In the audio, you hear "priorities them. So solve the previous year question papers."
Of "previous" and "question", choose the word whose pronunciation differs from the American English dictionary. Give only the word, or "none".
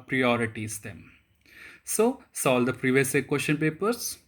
question